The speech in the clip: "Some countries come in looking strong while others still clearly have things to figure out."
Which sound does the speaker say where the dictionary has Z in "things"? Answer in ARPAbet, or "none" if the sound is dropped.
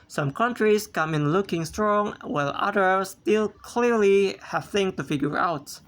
none